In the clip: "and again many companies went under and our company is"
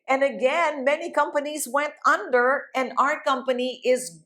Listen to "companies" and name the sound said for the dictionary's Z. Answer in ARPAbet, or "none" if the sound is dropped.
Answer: Z